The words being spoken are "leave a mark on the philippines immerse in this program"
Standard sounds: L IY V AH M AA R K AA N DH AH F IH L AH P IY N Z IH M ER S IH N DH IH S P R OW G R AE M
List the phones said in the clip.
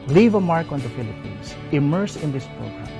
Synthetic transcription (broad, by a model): L IY V AH M AA R K AA N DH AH F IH L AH P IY N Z IH M ER S IH N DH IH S P R OW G R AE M